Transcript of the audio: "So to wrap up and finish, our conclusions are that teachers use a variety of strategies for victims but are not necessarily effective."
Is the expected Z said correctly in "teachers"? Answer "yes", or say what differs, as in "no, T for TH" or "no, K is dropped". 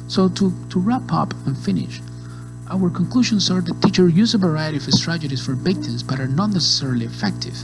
no, Z is dropped